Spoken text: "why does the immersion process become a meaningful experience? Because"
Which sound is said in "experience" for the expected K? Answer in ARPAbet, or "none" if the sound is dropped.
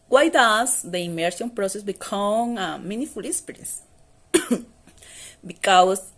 none